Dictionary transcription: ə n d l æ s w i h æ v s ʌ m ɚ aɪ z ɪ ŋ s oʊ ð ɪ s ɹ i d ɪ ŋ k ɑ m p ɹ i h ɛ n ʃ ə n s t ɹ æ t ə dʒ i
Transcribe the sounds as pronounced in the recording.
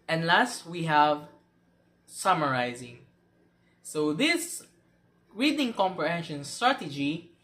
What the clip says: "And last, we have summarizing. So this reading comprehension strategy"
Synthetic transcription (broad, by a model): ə n l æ s w i h æ v s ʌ m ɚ aɪ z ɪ ŋ s oʊ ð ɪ s ɹ i d ɪ ŋ k ɑ m p ɹ i h ɛ n ʃ ə n s t ɹ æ t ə dʒ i